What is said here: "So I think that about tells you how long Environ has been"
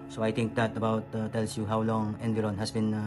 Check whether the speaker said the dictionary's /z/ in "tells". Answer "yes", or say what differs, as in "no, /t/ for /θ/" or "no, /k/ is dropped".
no, /s/ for /z/